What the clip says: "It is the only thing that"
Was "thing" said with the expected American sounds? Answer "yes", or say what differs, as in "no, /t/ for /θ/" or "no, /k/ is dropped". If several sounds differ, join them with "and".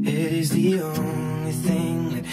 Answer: yes